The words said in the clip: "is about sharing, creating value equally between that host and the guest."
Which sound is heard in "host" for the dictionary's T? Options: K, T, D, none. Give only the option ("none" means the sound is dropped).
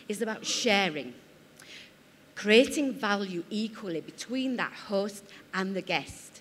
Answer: T